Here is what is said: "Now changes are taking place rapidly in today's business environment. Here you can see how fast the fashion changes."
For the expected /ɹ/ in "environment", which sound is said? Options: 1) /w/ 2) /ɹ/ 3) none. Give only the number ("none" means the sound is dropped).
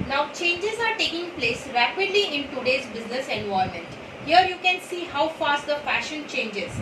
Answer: 3